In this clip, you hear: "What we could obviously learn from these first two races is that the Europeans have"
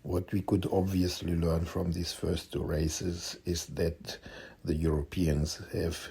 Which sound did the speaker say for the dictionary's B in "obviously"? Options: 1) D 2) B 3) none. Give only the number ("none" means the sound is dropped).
2